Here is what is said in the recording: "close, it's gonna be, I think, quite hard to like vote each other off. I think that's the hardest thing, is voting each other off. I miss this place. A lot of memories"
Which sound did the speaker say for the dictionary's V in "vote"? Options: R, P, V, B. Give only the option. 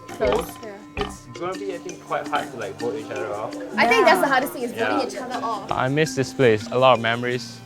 B